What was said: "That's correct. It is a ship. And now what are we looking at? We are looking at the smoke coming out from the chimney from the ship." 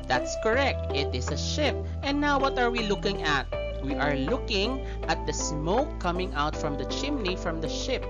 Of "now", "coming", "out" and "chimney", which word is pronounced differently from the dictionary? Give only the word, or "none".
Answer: none